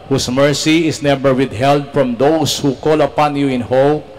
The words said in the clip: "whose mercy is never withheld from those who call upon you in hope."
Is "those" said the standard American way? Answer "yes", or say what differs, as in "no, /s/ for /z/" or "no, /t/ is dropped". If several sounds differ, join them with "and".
no, /s/ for /z/